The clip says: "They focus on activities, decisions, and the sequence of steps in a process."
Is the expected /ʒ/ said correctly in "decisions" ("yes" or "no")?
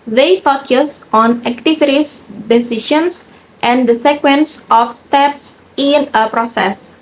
no